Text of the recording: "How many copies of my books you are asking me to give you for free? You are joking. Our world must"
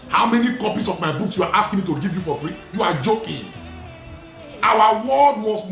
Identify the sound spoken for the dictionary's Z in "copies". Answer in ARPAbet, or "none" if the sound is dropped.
S